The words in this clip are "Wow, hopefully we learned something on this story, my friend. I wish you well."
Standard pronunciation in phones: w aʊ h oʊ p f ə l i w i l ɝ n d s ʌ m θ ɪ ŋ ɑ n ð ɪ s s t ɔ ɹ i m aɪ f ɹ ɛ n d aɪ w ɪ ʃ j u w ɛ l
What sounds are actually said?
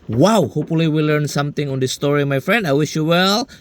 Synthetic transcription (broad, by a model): w aʊ h oʊ p f ə l i w i l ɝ n s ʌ m t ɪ ŋ ɑ n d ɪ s s t ɔ ɹ i m aɪ f ɹ ɛ n d aɪ w ɪ ʃ j u w ɛ l